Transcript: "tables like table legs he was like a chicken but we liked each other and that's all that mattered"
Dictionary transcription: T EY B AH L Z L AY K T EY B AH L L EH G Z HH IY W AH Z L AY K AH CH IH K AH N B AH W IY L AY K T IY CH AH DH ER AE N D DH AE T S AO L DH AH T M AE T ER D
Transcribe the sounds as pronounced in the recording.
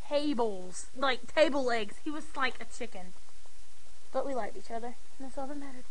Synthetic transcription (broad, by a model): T EY B L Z L AY K T EY AH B L EH G Z HH IY W AH Z L AY K AH CH IH K AH N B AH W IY L AY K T IY CH AH DH ER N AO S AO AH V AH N M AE T ER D